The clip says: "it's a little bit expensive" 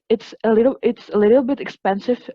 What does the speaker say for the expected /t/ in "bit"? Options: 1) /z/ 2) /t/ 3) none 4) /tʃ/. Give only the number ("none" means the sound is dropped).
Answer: 2